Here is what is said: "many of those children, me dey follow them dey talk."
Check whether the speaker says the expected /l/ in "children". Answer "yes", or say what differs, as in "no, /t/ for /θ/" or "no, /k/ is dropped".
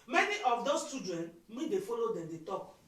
no, /l/ is dropped